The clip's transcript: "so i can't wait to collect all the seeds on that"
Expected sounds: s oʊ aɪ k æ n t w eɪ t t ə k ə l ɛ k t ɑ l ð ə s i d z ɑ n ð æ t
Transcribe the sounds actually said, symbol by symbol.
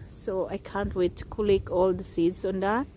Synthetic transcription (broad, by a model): s oʊ aɪ k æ n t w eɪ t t k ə l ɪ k ɑ l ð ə s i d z ɑ n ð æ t